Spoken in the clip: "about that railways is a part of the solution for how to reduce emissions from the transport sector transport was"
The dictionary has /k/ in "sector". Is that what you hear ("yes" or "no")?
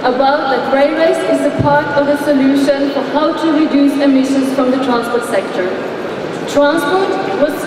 yes